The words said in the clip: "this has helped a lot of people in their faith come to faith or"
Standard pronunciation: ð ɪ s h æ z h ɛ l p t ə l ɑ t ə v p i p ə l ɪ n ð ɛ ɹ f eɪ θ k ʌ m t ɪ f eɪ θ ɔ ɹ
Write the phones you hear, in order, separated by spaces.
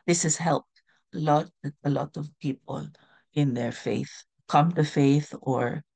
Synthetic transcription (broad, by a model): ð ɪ s h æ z h ɛ l p t ə l ɑ t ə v p i p ə l ɪ n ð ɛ ɹ f eɪ θ k ʌ m t ɪ f eɪ θ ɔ ɹ